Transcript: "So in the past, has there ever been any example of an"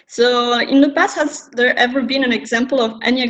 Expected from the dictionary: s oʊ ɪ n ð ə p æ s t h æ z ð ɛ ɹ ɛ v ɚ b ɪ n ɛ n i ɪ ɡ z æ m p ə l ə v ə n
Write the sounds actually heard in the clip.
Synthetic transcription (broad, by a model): s oʊ ɪ n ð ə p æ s h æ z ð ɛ ɹ ɛ v ɚ b ɪ n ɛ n ɪ ɡ z æ m p ə l ə v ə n